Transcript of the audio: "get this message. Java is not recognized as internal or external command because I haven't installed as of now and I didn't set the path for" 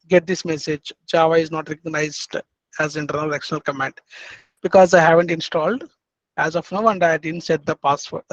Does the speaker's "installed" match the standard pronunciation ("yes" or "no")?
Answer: yes